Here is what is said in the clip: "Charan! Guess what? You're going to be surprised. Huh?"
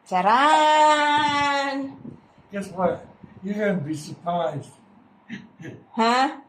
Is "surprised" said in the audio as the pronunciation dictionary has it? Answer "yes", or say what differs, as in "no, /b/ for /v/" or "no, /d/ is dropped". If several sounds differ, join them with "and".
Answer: yes